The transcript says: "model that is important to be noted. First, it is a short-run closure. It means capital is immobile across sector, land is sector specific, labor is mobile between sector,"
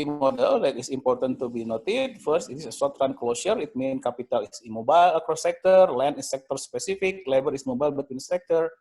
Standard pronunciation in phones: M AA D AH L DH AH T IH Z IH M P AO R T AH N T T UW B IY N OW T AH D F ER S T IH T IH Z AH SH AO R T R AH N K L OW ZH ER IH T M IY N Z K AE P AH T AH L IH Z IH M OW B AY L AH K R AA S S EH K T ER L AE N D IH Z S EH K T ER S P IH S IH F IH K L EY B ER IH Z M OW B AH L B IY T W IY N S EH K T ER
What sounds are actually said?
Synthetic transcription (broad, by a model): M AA D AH L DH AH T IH S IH M P AO R T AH N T T UW B IY N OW T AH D F ER S T IH T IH S AH S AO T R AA N K L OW S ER IH T M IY N K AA P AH T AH L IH S IH M OW B AY L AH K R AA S S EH K T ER L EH N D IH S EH K T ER S P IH S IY F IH K L EY B ER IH S M OW B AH L B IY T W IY N S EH K T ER